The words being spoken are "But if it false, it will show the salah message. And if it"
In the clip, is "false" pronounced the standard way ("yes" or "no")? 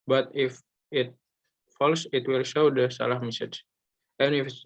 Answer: yes